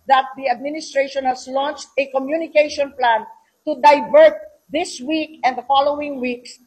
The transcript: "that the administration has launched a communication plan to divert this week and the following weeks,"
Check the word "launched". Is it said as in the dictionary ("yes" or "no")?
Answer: yes